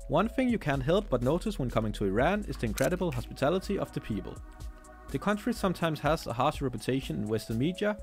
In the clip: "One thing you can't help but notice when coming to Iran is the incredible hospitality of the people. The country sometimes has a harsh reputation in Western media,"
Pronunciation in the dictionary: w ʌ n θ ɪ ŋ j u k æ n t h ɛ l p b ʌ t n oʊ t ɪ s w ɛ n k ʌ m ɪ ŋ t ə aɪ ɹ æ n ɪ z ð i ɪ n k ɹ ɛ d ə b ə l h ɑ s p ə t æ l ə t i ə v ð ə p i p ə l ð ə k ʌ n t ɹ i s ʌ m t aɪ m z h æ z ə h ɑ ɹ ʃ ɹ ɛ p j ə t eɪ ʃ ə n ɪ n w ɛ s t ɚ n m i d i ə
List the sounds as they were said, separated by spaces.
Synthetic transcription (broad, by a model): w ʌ n θ ɪ ŋ j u k æ n t h ɛ l p b ʌ t n oʊ t ɪ s w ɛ n k ʌ m ɪ ŋ t ə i ɹ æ n ɪ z ð i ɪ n k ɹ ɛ d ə b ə l h ɑ s p ə t æ l ə t i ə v ð ə p i p ə l ð ə k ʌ n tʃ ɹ i s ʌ m t aɪ m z h æ z ə h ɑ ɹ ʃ ɹ ɛ p j ə t eɪ ʃ ə n ɪ n w ɛ s t ɚ n m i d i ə